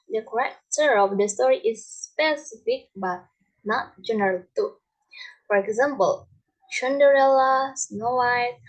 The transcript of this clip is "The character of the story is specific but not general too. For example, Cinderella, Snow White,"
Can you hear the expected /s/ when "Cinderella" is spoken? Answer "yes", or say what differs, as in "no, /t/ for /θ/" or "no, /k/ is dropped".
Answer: no, /ʃ/ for /s/